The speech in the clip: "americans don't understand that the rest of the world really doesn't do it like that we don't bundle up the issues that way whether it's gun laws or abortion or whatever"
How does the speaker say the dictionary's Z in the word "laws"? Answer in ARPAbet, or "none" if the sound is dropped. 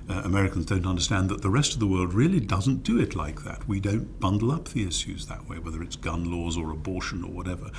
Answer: Z